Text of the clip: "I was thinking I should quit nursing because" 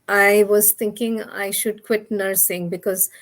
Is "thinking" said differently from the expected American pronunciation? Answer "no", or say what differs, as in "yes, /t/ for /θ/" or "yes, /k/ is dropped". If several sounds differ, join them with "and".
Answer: yes, /t/ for /θ/